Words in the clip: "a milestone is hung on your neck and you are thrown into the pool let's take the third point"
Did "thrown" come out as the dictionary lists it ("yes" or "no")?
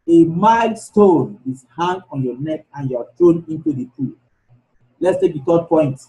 no